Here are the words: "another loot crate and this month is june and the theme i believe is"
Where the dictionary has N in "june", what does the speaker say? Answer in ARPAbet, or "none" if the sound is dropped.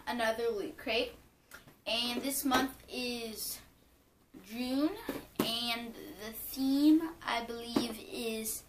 N